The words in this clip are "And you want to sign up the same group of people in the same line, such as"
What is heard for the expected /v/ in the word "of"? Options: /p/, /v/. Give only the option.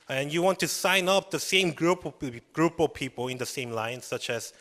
/p/